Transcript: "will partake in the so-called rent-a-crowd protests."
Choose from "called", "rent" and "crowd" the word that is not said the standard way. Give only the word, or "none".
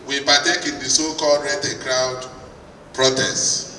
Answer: rent